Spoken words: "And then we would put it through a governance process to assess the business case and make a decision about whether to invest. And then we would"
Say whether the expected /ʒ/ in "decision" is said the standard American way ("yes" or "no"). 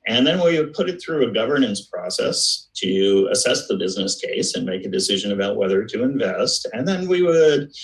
yes